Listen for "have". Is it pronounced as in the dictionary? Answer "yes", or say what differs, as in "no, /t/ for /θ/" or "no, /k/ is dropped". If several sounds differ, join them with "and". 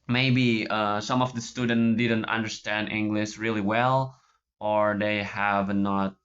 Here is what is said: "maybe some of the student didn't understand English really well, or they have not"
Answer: yes